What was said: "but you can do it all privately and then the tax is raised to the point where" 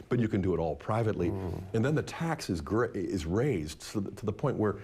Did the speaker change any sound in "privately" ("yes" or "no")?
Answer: no